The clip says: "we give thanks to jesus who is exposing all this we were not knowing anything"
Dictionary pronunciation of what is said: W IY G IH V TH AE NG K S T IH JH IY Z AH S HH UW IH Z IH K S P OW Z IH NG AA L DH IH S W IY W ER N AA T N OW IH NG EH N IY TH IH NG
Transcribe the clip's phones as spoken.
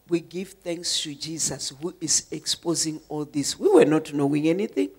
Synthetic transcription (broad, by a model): W IY G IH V TH AE NG K S T IH JH IY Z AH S HH UW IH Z IH K S P OW Z IH NG AA L DH IH S W IY W ER N AA T N OW IH NG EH N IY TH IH NG